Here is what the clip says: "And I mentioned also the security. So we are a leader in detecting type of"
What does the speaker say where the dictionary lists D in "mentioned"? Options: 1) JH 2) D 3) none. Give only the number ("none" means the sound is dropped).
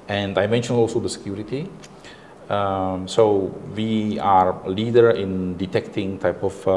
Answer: 3